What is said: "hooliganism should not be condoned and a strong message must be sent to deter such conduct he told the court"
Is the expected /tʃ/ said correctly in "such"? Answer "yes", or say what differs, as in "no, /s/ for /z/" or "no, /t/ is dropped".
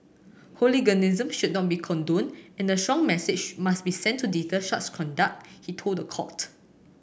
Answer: no, /s/ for /tʃ/